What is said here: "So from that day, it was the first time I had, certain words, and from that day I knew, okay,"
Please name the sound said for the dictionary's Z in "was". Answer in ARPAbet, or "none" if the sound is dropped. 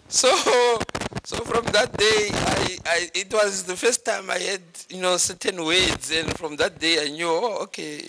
Z